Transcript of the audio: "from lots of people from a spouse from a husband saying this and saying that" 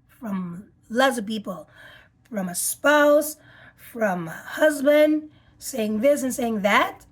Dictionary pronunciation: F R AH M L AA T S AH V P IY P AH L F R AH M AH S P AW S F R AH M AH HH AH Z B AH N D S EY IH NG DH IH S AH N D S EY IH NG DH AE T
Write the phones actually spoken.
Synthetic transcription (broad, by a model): F R AH M L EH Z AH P IY P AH L F R AH M AH S P AW S F R AH M AH HH AH Z B AH N D S EY IH NG DH IH S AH N S EY IH NG DH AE T